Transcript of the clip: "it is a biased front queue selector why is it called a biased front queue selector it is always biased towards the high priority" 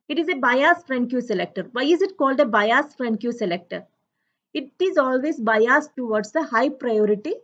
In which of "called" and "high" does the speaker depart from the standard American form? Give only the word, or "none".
none